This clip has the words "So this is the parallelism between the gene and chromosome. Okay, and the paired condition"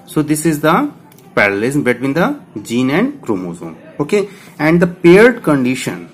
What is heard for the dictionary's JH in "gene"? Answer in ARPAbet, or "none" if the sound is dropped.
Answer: JH